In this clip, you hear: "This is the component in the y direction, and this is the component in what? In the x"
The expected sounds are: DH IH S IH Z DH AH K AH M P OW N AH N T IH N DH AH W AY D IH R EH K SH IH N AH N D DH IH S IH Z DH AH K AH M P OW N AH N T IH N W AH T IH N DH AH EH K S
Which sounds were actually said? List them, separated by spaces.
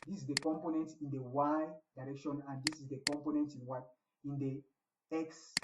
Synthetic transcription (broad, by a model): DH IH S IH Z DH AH K AH M P OW N AH N T IH N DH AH W AY D IH R EH K SH IH N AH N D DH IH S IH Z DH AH K AH M P OW N AH N T IH N W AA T IH N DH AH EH K S